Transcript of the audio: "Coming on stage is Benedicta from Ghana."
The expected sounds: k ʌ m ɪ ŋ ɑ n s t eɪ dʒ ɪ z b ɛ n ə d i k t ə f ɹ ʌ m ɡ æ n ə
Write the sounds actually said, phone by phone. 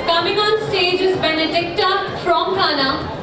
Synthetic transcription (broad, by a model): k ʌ m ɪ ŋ ɑ n s t eɪ dʒ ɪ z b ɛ n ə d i k t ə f ɹ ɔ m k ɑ n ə